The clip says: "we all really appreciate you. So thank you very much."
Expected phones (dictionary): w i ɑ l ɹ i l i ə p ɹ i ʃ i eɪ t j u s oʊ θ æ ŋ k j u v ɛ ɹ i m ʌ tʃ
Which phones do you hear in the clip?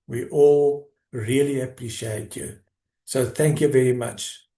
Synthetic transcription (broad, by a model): w i ɑ l ɹ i l i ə p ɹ i ʃ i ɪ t j u s oʊ θ æ ŋ k j u v ɛ ɹ i m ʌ tʃ